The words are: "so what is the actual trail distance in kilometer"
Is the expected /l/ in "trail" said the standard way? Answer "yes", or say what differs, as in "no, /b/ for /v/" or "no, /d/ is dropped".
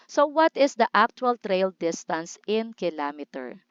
yes